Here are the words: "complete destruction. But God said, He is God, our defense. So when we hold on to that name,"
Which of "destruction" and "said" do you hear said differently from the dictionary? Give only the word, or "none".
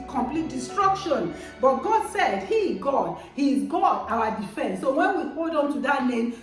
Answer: none